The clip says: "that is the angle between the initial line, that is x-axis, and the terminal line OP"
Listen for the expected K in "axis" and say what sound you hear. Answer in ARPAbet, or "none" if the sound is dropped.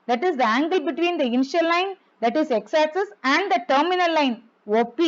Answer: none